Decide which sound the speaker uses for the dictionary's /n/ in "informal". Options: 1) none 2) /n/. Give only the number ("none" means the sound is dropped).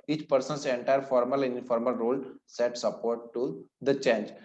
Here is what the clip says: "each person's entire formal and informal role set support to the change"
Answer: 1